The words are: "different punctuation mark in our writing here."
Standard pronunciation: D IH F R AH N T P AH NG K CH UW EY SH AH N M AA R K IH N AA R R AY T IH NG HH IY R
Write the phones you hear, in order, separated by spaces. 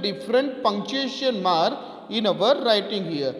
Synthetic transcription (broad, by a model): D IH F R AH N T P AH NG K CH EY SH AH N M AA R IH N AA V R AY T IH NG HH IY R